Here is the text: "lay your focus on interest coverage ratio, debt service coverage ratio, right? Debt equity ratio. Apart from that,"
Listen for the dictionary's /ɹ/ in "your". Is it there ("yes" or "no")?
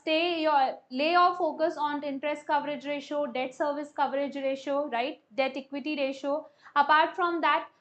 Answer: no